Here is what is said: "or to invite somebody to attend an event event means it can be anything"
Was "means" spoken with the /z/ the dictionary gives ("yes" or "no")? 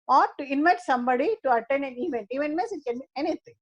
no